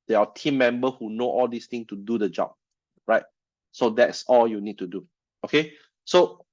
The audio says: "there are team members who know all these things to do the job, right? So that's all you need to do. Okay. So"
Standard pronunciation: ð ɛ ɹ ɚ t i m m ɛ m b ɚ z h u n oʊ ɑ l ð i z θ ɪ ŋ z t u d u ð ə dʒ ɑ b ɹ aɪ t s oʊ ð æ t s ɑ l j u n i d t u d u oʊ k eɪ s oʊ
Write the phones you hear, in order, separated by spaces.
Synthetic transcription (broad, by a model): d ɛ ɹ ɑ t i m m ɛ m b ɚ h u n oʊ ɑ l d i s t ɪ ŋ t u d u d ə dʒ ɑ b ɹ aɪ t s oʊ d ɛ t s ɑ l j u n i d t u d u oʊ k eɪ s oʊ